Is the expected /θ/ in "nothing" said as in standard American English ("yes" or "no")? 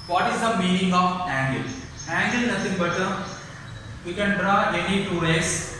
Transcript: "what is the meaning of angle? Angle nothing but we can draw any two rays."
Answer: no